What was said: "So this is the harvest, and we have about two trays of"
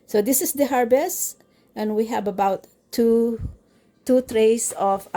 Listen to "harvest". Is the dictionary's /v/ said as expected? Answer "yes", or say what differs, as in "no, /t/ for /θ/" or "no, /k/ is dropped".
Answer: no, /b/ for /v/